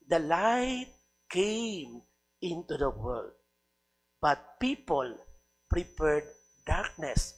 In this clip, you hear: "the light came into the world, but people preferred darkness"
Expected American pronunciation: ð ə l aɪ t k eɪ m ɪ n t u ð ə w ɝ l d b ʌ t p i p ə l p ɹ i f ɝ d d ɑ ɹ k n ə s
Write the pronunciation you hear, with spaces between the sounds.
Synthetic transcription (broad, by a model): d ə l aɪ t k eɪ m ɪ n t u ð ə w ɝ l d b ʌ t p i p ə l p ɹ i p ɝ d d ɑ ɹ k n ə s